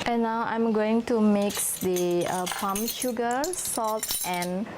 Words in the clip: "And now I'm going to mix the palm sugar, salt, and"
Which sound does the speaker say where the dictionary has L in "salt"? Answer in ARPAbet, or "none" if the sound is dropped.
L